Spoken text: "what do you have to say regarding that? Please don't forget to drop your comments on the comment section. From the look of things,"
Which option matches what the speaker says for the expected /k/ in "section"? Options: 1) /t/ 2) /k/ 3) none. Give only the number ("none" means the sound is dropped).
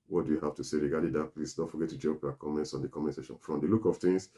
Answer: 3